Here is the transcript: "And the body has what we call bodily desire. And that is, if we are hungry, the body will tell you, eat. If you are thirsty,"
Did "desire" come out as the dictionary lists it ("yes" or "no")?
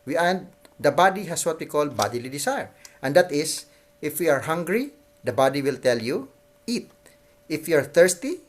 no